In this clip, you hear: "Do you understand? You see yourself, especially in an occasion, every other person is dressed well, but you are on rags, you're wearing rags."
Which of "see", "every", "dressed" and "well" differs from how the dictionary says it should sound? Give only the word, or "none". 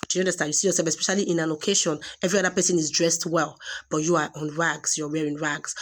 none